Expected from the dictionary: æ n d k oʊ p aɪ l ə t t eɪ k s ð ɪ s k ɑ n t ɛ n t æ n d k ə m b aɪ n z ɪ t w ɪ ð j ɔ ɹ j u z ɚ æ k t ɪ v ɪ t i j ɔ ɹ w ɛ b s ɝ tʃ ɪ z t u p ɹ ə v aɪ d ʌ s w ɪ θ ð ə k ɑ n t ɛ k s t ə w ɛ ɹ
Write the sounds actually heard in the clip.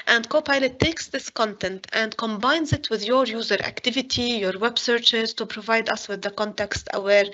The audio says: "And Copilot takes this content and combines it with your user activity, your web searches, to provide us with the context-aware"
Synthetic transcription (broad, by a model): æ n d k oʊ p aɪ l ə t t eɪ k s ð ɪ s k ɑ n t ɛ n t æ n d k ə m b aɪ n z ɪ t w ɪ ð j ɔ ɹ j u z ɚ æ k t ɪ v ɪ t i j ɔ ɹ w ɛ b s ɝ tʃ ɪ z t u p ɹ ə v aɪ d ʌ s w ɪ ð ə k ɑ n t ɛ k s t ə w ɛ ɹ